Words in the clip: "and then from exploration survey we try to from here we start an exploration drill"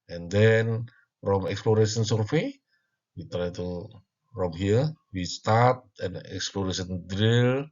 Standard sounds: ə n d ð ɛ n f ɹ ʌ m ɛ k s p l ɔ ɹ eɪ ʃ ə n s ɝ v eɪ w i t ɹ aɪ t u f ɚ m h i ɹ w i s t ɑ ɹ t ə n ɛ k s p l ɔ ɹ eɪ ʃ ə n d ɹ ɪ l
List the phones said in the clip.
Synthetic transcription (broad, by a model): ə n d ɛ n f ɹ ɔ m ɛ k s p l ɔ ɹ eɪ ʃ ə n s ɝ f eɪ w i t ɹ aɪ t u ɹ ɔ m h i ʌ w i s t ɑ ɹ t ə n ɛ k s p l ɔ ɹ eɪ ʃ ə n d ɹ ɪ l